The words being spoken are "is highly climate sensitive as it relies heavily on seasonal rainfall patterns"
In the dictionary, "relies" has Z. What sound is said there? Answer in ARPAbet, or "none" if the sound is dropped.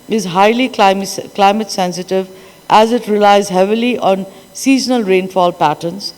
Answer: Z